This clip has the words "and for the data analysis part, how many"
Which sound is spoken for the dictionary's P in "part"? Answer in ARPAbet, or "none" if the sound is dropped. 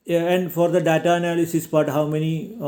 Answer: B